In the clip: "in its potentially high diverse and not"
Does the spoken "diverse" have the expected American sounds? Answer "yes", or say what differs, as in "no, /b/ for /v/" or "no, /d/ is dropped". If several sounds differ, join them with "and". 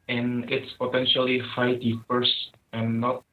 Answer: no, /p/ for /v/